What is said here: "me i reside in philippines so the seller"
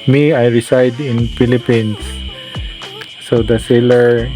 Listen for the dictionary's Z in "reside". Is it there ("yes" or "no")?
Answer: no